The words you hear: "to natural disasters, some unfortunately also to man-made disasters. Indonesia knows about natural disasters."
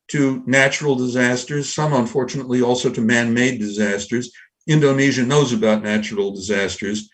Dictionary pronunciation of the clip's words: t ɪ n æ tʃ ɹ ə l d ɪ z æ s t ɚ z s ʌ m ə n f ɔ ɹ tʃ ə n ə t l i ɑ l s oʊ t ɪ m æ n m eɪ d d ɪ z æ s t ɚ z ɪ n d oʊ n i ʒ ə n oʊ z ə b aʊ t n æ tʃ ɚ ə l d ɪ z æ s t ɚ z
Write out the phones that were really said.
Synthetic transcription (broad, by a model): t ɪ n æ tʃ ɹ l d ɪ z æ s t ɚ z s ʌ m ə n f ɔ ɹ tʃ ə n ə t l i ɑ l s oʊ t ɪ m æ n m eɪ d d ɪ z æ s t ɚ z ɪ n d oʊ n i ʒ ə n oʊ z ə b aʊ t n æ tʃ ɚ l d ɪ z æ s t ɚ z